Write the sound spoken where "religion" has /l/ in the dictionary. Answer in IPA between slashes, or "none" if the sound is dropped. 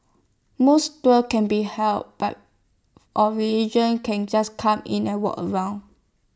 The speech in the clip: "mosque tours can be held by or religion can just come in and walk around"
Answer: none